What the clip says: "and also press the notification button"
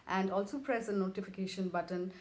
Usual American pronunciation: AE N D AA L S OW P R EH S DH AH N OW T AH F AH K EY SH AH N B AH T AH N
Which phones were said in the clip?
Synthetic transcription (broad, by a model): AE N D AA L S OW P R EH S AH N OW T AH F AH K EY SH AH N B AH T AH N